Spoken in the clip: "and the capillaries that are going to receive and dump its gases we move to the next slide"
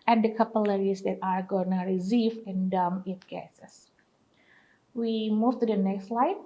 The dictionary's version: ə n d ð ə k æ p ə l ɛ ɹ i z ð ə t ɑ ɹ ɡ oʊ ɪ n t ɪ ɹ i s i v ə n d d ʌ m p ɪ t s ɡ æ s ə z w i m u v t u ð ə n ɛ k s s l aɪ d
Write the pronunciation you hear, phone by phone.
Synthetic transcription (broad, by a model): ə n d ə k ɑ p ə l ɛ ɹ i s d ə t ɑ ɹ ɡ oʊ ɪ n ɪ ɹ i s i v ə n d d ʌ m ɪ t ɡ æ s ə s w i m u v t u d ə n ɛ k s s l aɪ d